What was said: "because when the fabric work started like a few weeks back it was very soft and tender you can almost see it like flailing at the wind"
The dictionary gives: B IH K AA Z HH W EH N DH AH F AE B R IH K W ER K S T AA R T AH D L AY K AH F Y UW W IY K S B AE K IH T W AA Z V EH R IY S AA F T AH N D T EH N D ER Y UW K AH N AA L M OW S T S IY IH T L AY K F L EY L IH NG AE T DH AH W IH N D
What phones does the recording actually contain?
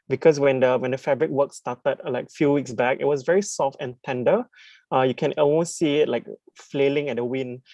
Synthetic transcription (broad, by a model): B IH K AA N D W EH N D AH F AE B R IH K W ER K S T AA T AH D L AY K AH F Y UW W IY K S B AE K IH T W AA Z V EH R IY S AA F T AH N T EH N D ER Y UW K AH N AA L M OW S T S IY IH T L AY K F L EY L IH NG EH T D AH W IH N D